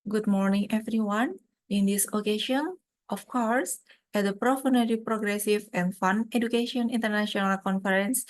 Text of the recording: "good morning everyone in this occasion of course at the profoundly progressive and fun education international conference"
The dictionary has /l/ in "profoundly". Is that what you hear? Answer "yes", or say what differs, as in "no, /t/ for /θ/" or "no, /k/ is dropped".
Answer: no, /l/ is dropped